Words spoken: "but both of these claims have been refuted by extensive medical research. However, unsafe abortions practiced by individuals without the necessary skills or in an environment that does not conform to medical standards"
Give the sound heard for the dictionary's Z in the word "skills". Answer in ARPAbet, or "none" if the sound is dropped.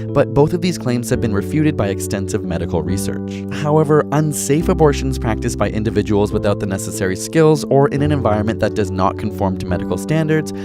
Z